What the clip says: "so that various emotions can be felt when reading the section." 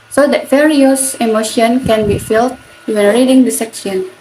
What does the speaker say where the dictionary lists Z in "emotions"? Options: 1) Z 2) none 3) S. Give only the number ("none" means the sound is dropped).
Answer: 2